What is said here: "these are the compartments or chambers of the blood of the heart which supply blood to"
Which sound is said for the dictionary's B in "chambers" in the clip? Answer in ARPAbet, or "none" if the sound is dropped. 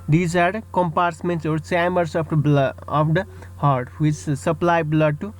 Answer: none